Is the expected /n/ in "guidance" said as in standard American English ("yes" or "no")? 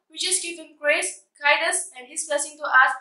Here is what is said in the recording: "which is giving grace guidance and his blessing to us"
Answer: no